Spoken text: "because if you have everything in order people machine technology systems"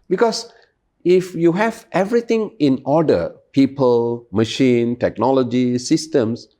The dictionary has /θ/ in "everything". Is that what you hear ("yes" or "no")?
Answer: no